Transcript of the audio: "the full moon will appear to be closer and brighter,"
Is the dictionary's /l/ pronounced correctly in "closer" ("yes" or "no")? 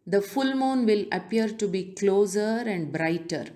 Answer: yes